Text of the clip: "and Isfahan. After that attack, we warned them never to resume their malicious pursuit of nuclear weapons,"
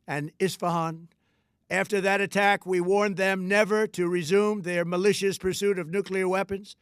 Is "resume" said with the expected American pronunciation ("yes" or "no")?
yes